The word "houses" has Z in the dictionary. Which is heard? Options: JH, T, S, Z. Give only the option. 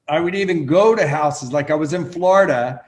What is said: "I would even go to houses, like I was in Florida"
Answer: Z